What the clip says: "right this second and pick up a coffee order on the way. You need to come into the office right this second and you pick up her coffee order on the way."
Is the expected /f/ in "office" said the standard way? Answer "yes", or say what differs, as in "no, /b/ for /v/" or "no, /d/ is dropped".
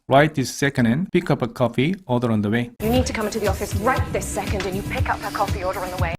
yes